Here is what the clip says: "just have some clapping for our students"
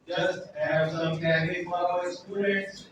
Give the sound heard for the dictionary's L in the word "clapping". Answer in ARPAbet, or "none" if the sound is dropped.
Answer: none